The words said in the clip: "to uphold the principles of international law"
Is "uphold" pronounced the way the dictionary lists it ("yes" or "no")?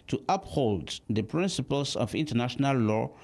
yes